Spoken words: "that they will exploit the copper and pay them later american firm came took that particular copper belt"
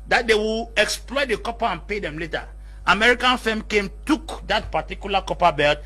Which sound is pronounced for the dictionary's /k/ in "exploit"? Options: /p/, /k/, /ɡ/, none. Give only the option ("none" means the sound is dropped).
/k/